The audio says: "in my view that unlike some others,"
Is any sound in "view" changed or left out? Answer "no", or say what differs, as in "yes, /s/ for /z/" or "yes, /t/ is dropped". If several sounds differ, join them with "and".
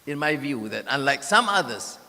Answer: no